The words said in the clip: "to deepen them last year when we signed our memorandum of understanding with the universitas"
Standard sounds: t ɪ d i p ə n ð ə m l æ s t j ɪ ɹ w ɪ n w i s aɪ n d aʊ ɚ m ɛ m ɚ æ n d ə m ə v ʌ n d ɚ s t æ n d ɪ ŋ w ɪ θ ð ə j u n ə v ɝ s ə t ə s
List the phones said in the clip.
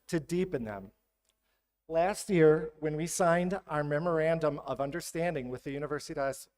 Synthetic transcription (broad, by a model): t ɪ d i p ə n ð ə m l æ s t j ɪ ɹ w ɪ n w i s aɪ n d aʊ ɚ m ɛ m ɚ æ n d ə m ə v ʌ n d ɚ s t æ n d ɪ ŋ w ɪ ð ə j u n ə v ɝ s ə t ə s